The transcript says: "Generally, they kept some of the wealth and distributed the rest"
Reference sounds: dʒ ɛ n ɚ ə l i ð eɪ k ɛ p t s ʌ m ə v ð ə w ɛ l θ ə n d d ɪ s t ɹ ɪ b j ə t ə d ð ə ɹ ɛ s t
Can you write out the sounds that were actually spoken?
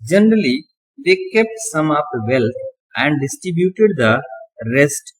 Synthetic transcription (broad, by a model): dʒ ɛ n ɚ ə l i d eɪ k ɛ p t s ʌ m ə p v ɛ l t ə n d d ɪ s t ɹ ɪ b j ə t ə d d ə ɹ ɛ s t